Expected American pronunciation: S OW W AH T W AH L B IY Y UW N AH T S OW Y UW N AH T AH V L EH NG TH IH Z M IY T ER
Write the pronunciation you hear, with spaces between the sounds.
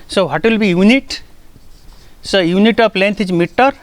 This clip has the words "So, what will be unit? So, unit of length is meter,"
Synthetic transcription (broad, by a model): S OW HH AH T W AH L B IY Y UW N AH T S OW Y UW N AH T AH P L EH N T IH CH M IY T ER